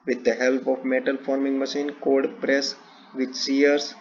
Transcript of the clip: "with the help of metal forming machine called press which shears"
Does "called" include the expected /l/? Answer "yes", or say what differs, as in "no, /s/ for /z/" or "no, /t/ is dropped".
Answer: no, /l/ is dropped